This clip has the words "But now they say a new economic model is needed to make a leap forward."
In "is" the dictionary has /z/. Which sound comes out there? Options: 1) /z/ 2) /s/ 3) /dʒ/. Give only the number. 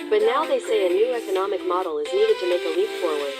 1